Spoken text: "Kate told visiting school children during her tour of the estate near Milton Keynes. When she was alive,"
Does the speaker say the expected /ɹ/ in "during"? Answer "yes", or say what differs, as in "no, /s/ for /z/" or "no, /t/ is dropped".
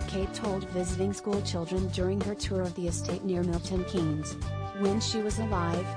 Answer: yes